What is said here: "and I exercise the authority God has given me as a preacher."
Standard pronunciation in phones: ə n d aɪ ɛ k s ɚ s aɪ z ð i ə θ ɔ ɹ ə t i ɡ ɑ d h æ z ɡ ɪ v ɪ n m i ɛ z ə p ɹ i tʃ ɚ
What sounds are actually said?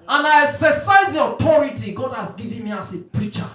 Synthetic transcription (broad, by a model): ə n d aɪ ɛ s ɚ s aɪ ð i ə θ ɔ ɹ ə t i ɡ ɑ d h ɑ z ɡ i v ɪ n m i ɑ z ə p ɹ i tʃ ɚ